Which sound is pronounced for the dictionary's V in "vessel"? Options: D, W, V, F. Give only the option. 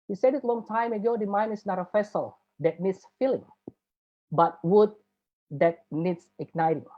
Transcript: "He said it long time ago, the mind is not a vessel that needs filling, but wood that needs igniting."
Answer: F